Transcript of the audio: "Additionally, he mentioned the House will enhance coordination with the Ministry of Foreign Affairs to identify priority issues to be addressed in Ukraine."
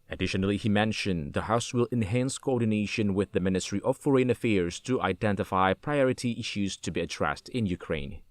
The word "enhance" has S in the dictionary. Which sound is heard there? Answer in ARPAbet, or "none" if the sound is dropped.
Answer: S